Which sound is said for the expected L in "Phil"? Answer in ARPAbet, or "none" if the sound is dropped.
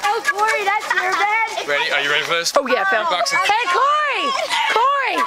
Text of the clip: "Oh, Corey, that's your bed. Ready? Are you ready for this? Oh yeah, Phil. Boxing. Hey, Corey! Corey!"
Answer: N